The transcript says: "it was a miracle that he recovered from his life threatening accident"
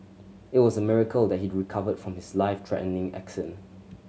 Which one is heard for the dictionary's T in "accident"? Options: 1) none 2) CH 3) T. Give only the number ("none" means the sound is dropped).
1